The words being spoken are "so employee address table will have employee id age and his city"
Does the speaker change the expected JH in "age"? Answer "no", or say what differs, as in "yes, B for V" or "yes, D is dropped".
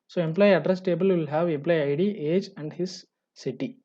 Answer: no